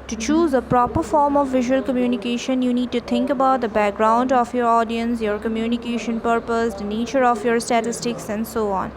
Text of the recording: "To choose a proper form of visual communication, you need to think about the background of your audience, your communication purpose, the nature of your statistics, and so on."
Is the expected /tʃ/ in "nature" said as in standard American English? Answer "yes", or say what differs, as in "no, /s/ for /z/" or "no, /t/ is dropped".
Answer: yes